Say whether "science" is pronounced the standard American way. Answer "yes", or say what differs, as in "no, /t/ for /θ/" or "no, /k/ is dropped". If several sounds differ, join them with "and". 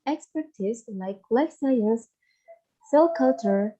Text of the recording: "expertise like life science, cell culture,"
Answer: no, /n/ is dropped